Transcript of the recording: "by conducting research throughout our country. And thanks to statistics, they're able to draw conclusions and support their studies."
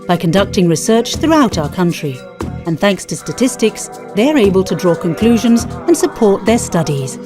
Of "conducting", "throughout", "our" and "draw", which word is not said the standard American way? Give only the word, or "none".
none